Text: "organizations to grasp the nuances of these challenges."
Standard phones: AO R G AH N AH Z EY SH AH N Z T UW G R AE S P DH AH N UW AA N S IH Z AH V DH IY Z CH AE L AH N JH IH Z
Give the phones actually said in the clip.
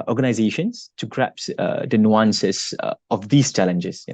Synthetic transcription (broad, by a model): AO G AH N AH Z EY SH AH N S T UW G R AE P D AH N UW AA N S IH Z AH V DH IY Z CH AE L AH N JH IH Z